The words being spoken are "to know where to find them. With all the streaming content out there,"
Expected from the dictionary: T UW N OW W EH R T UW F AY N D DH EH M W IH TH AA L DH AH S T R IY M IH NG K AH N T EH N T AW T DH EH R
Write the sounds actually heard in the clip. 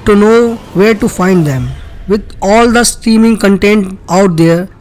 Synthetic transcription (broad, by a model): T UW N OW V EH R T UW F AY N D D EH M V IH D AA L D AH S T IY M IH NG K AH N T EH N T AW T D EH R